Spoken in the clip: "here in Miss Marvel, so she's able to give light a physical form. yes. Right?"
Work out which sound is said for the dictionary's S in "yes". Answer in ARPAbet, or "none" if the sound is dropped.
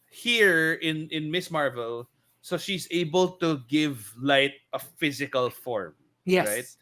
none